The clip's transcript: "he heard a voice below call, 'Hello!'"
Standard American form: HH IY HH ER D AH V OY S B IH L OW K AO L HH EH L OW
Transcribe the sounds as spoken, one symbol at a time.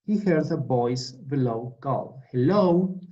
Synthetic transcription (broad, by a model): HH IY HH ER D AH B OY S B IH L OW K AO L HH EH L OW